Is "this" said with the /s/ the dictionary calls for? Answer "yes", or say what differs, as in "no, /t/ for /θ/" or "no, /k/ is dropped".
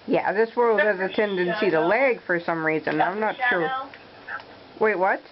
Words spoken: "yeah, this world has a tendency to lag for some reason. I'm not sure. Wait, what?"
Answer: yes